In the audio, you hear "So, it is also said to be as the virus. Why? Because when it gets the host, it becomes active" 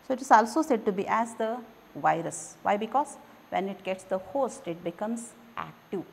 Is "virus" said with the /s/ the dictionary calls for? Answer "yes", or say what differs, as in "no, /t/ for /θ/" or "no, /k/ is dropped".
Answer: yes